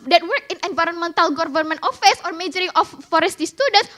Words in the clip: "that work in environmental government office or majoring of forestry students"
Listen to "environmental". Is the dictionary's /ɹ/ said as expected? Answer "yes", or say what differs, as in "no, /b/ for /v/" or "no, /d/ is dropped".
yes